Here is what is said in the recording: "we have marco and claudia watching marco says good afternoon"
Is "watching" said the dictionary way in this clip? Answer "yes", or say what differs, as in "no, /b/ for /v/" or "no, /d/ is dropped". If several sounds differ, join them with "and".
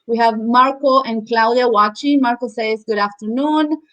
yes